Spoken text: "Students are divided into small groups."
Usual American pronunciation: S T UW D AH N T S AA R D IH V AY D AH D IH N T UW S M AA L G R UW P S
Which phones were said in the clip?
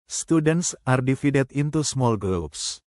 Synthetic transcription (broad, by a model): S T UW D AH N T S AA R D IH F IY D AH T IH N T UW S M AA L G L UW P S